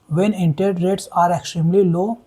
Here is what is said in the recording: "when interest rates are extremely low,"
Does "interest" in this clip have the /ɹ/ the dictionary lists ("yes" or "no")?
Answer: no